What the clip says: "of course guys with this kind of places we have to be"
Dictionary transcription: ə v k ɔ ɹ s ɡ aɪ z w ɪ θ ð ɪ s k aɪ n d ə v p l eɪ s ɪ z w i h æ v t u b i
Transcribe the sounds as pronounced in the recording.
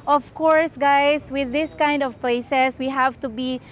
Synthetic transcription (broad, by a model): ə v k ɔ ɹ s ɡ aɪ s w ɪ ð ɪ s k aɪ n d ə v p l eɪ s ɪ s w i h æ v t u b i